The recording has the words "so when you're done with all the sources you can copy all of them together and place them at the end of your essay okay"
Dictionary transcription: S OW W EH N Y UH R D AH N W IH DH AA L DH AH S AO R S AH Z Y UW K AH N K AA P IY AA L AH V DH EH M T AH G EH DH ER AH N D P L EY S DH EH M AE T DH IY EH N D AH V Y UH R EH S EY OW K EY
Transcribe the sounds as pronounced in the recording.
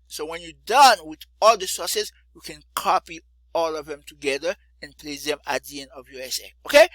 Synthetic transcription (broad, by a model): S OW W EH N Y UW D AH N W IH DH AA L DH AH S AO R S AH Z Y UW K AH N K AA P IY AA L AH V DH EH M T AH G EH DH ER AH N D P L EY S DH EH M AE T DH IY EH N AH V Y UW EH S EY OW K EY